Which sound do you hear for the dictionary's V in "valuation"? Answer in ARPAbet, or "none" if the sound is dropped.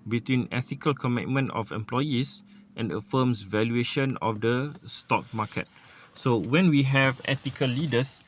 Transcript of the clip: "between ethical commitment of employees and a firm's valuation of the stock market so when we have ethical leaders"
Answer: V